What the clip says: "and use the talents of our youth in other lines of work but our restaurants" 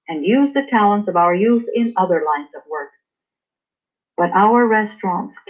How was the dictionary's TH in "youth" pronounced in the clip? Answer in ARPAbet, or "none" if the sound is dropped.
TH